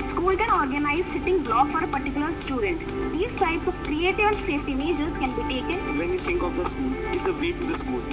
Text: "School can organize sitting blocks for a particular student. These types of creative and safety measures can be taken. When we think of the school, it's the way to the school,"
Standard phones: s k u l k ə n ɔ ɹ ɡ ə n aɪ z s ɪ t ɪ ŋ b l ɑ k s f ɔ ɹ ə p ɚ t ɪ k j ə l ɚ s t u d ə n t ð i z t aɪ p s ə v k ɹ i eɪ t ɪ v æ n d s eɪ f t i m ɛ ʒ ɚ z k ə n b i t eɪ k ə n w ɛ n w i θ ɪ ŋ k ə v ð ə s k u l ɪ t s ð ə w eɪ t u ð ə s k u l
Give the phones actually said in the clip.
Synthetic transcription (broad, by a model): s k u l k ə n ɔ ɹ ɡ ə n aɪ z s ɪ t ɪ ŋ b l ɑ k f ɔ ɹ ə p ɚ t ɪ k j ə l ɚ s t u d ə n t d i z t aɪ p ə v k ɹ i eɪ t ɪ v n s eɪ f t i m ɛ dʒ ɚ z k ə n b i t eɪ k ə n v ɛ n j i t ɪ ŋ k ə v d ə s k u l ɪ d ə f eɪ t u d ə s k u l